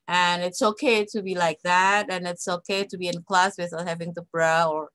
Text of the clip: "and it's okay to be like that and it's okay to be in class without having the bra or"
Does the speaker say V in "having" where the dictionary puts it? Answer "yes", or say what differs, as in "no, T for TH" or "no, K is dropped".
yes